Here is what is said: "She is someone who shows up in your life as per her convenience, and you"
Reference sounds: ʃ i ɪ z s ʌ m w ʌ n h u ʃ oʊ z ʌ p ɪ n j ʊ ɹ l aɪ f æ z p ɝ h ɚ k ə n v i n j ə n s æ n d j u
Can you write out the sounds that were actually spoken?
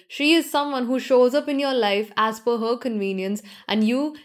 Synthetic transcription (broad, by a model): ʃ i ɪ z s ʌ m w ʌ n h u ʃ oʊ z ʌ p ɪ n j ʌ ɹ l aɪ f æ z f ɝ h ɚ k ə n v i n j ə n s æ n d j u